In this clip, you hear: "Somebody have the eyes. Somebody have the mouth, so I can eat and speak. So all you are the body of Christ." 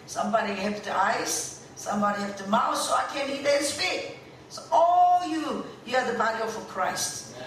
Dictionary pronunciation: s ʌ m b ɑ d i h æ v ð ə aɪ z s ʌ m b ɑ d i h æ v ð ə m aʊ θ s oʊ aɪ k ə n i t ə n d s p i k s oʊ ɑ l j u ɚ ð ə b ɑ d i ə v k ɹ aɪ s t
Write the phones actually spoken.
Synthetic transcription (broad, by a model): s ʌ m b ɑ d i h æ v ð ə aɪ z s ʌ m b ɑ d i h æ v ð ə m aʊ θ s oʊ aɪ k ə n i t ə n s f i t s oʊ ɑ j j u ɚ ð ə b ɑ d i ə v k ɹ aɪ s t